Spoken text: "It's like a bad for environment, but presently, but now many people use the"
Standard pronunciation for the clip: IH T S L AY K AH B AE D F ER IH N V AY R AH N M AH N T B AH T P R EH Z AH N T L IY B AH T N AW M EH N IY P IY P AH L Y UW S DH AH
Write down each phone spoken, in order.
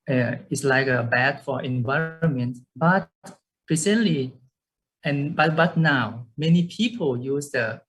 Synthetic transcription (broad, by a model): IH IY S L AY K AH B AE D F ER IH N V AY R AH N M AH N T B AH T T R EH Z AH N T L IY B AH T N AW M EH N IY P IY P AH L Y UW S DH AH